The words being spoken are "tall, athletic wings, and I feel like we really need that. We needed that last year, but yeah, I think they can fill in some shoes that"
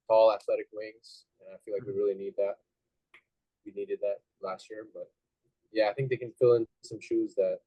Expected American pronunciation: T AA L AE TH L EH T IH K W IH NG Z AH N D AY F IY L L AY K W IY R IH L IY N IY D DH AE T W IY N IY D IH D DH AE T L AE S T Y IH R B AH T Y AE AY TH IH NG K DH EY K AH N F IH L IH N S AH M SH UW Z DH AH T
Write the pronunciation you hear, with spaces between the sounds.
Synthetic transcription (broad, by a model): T AA L AE TH L EH T IH K W IH NG Z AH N AY F IY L L AY K W IY R IH L IY N IY D DH AE T W IY N IY D IH D DH AE T L AE S T Y IH R B AH T Y AE AY TH IH NG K DH EY K AH N F IH L IH N S AH M SH UW Z DH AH T